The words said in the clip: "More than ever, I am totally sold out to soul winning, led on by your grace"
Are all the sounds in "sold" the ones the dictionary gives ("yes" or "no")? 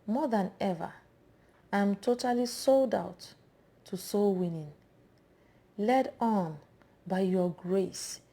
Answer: yes